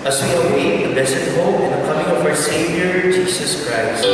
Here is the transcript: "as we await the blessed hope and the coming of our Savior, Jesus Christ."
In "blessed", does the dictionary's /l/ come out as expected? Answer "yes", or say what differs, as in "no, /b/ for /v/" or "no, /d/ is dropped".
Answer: no, /l/ is dropped